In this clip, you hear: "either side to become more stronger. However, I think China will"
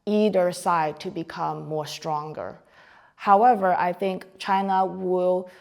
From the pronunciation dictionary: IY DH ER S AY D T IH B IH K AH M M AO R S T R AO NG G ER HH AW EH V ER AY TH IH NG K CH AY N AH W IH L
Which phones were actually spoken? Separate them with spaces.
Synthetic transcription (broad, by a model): IY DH ER S AY D T IH B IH K AH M M AO R S T R AO NG G ER HH AW EH V ER AY TH IH NG K CH AY N AH W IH L